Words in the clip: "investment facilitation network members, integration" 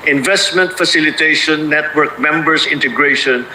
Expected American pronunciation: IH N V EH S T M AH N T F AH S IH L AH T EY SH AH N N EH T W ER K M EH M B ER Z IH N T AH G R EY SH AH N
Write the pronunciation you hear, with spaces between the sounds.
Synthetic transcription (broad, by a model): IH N V EH S T M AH N T F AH S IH L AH T EY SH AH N N EH T W ER K M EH M B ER S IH N T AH G R EY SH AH N